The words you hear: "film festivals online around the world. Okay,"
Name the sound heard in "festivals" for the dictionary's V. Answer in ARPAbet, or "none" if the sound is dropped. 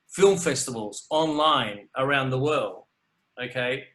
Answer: V